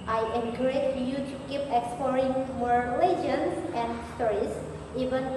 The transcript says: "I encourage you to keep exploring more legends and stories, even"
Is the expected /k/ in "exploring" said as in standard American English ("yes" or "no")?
yes